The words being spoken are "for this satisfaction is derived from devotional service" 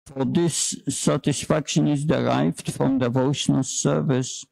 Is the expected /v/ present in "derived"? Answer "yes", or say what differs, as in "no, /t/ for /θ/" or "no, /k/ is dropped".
yes